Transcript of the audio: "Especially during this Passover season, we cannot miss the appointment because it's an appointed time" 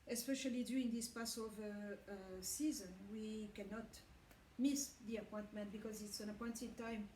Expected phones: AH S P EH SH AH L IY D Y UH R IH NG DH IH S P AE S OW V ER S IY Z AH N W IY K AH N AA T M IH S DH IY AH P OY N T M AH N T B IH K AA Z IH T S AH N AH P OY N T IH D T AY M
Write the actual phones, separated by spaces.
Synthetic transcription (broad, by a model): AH S P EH SH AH L IY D Y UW IH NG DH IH S P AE S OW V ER S IY Z AH N W IY K AH N AA T M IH S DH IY AH P OY N T M AH N T B IH K AA Z IH T S AH N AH P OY N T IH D T AY M